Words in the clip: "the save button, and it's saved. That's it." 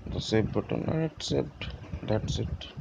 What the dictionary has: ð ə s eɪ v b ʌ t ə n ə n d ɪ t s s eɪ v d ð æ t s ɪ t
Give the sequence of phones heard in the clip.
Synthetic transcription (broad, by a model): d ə s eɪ b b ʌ t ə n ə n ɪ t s s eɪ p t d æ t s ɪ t